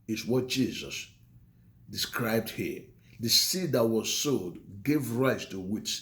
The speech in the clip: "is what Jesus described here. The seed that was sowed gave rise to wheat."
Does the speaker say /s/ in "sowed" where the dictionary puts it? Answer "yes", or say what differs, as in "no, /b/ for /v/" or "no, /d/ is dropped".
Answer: yes